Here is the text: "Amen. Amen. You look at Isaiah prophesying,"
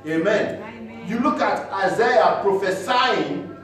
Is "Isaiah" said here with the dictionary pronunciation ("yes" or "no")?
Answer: yes